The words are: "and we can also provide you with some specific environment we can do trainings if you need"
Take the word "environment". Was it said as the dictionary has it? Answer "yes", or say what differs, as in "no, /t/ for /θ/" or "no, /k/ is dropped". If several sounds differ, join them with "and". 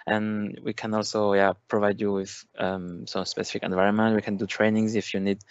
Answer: yes